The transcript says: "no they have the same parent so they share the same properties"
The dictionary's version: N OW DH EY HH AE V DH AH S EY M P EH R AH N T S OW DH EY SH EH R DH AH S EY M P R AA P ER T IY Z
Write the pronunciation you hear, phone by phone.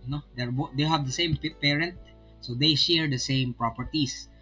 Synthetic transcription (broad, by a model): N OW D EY HH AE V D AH S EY M P EH R AH N T S OW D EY SH EH R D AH S EY M P R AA P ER T IY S